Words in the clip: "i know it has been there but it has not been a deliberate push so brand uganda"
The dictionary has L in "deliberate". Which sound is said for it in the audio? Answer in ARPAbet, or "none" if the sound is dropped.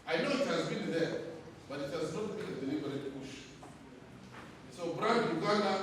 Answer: N